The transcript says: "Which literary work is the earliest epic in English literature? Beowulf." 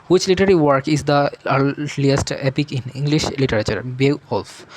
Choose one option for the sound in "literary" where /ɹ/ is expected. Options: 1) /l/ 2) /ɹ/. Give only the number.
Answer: 1